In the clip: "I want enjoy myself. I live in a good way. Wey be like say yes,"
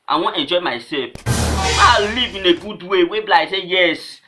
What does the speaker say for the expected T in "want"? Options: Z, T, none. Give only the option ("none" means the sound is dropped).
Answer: none